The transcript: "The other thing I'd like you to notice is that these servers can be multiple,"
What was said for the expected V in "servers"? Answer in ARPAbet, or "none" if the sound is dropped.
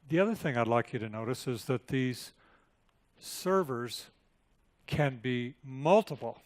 V